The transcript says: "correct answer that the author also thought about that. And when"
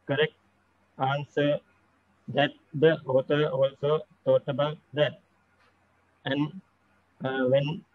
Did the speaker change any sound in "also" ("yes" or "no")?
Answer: no